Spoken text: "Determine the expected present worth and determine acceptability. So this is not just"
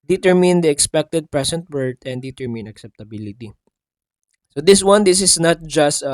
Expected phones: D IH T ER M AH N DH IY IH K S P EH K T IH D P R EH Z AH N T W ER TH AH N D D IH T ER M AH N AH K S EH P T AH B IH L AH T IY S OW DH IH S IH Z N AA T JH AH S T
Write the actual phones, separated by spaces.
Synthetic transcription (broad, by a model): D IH T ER M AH N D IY IH K S P EH K T IH D P R EH S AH N T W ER T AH N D D IH T ER M AH N AH K S EH P T AH B IH L AH T IY S OW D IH S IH S N AA T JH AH S T